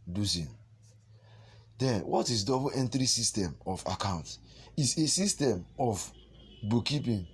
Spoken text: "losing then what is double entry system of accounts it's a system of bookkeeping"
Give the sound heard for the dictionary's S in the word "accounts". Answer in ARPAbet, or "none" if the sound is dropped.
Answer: none